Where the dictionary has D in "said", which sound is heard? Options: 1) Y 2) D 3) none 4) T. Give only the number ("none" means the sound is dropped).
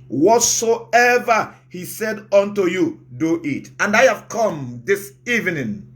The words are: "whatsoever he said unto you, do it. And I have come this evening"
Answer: 2